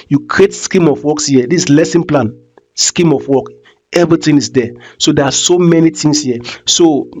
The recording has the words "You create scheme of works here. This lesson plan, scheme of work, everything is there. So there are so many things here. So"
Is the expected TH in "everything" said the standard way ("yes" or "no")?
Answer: no